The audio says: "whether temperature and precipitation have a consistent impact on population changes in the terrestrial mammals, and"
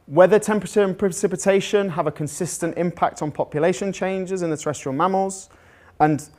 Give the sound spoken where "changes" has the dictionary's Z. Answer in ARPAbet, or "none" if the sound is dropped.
Z